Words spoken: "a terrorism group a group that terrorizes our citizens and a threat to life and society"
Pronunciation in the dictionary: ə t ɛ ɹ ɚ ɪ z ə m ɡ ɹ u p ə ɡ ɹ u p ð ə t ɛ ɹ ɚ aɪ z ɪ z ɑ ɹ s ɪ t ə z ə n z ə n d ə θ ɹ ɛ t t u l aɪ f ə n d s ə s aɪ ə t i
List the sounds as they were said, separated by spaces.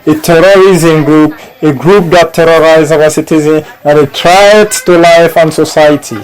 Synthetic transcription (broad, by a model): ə t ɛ ɹ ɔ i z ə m ɡ ɹ u p ə ɡ ɹ u p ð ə t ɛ ɹ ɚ aɪ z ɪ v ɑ s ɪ t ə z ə n ə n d ə t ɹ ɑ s t u l aɪ f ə n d s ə s aɪ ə t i